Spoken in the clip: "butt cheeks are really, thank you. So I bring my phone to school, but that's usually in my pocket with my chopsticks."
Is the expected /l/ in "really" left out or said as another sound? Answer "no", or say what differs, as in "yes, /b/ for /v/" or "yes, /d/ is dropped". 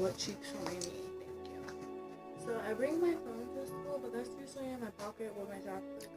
yes, /n/ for /l/